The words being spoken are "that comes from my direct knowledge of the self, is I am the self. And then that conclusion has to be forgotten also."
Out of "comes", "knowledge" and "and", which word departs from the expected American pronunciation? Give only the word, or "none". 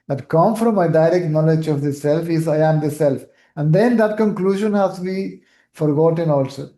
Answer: comes